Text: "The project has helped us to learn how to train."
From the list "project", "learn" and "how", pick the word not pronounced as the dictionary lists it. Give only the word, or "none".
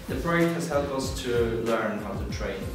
project